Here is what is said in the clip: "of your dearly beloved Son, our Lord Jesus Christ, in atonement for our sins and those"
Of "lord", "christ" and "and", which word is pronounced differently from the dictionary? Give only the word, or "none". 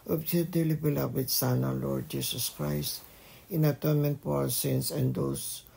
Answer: none